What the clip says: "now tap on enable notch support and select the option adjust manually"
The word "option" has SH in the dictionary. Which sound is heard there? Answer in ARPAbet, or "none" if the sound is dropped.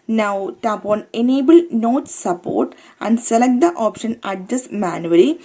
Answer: SH